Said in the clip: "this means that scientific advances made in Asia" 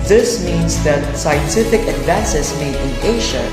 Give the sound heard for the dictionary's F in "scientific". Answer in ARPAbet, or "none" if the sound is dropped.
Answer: F